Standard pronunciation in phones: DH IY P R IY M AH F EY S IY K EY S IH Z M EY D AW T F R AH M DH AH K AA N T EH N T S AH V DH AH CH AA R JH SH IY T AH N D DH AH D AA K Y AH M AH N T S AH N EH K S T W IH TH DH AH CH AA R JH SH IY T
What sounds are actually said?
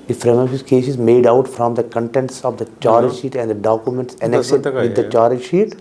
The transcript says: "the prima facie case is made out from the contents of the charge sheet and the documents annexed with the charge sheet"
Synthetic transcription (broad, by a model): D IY F R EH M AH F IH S K EY S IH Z M EY D AW T F R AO M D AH K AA N T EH N T S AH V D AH CH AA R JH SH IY T AH N D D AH D AA K Y AH M AH N T S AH N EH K S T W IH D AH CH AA R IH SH IY T